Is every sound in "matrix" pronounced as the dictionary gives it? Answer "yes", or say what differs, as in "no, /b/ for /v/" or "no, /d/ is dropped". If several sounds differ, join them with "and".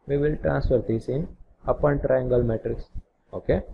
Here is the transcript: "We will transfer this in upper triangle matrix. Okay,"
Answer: yes